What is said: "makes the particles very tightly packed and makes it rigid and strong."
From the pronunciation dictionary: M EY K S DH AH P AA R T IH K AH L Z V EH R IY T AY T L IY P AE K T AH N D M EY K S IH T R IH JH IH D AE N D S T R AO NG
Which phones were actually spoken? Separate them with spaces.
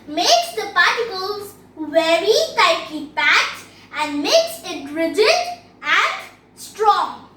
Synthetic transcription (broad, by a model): M EY K S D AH P AA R T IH K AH L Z V EH R IY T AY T L IY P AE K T AH N D M EY K S IH T R IH JH IH D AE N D S T R AO NG